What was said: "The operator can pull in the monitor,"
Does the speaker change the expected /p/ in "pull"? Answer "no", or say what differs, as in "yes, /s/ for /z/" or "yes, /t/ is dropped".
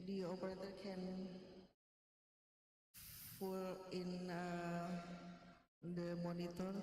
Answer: yes, /f/ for /p/